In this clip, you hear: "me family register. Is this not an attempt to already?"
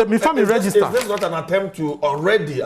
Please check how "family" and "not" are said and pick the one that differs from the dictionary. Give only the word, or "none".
family